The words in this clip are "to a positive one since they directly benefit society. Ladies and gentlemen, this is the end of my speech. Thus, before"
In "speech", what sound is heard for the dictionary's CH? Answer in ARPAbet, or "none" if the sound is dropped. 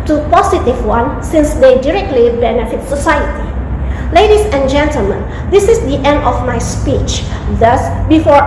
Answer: CH